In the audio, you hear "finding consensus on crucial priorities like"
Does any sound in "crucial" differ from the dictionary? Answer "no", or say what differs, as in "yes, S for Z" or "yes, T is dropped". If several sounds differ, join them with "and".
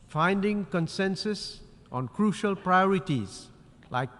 no